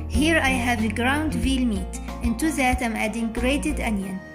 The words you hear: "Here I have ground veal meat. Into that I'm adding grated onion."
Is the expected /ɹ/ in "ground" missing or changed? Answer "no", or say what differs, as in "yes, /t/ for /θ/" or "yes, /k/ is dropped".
no